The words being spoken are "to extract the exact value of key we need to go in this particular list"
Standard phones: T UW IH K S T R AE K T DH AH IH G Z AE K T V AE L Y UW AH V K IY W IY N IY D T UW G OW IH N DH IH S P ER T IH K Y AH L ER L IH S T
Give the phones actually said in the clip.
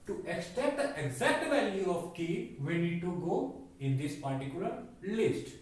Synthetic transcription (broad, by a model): T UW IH K S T EH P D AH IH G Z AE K T V AE L Y UW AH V K IY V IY N IY D T UW G OW IH N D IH S P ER T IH K Y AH L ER L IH S T